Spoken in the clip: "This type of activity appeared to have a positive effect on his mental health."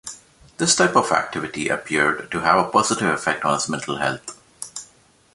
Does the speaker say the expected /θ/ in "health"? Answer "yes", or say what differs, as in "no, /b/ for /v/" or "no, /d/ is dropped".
no, /t/ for /θ/